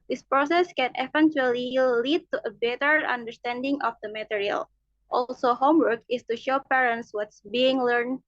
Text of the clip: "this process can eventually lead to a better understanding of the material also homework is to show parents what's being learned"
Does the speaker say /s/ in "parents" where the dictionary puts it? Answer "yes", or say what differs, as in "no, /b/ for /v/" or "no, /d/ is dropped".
yes